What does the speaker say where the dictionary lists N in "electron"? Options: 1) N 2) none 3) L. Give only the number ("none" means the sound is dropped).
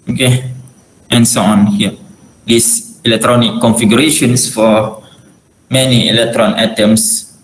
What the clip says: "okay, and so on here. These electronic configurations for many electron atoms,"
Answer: 1